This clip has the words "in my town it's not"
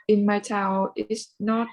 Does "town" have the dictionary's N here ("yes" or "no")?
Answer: no